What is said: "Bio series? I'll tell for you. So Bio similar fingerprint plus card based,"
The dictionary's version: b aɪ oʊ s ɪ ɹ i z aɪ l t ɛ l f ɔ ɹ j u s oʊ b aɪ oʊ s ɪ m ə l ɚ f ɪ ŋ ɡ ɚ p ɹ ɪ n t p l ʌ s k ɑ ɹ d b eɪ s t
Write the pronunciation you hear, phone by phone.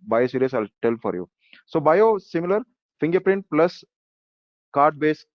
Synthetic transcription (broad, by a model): b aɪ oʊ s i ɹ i s aɪ l t ɛ l f ɔ ɹ j u s oʊ b aɪ oʊ s ɪ m ə l ɚ f ɪ ŋ ɡ ɚ p ɹ ɪ n t p l ʌ s k ɑ ɹ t b eɪ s